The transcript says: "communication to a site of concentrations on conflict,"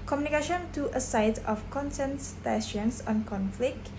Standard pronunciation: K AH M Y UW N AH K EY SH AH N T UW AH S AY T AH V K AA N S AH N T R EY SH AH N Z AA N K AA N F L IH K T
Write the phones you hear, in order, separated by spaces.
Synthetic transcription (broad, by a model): K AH M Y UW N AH K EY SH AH N T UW AH S AY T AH F K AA N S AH N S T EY S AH N S AA N K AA N F L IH K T